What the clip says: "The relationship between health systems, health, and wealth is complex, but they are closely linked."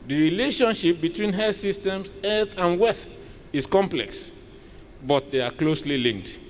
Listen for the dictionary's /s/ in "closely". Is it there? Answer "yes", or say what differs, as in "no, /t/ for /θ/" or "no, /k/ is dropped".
yes